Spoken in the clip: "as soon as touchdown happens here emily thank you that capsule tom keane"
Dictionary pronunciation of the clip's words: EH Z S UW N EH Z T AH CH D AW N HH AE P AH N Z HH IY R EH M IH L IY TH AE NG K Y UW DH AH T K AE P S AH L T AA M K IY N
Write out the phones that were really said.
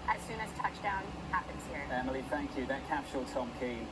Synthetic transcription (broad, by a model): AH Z S UW N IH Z T AH CH D AW N HH AE P AH N Z HH IY R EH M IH L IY TH AE NG K Y UW DH AH T K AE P SH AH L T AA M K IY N